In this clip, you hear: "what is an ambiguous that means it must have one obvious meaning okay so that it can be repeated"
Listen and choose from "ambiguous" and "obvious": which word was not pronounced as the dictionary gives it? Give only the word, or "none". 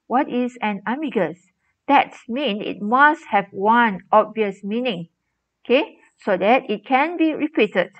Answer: ambiguous